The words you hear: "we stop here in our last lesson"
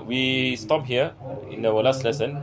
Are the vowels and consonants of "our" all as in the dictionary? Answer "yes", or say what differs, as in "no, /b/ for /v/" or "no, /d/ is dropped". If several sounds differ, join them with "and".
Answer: no, /w/ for /ɹ/